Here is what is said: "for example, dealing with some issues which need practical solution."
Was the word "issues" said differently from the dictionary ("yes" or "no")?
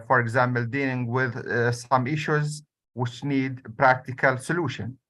no